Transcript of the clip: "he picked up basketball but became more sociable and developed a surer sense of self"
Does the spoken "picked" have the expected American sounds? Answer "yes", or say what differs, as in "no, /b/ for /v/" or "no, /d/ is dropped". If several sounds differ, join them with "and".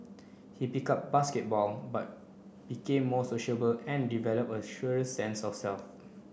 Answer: no, /t/ is dropped